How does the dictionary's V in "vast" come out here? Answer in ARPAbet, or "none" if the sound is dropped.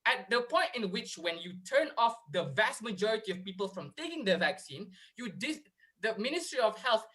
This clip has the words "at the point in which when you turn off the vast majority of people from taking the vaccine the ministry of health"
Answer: V